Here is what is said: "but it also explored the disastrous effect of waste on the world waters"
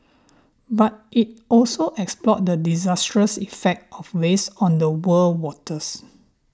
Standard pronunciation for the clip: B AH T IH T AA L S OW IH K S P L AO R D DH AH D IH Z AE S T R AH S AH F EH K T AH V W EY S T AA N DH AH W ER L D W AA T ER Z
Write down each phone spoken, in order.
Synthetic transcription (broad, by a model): B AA T IH T AA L S OW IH K S P L AO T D AH D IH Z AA S T R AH S AH F EH K T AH F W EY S AA N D AH W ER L W AA T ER S